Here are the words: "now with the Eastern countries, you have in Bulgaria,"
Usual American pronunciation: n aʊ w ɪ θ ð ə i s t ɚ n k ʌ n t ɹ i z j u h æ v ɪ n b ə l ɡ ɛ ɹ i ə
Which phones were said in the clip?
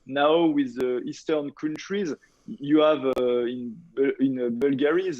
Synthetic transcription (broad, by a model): n aʊ w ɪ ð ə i s t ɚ n k ʌ n t ɹ i z j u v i b ɪ n b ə l ɡ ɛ ɹ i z